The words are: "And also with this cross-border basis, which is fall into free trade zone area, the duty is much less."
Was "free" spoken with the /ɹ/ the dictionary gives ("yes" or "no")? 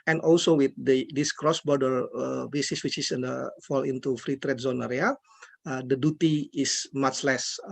yes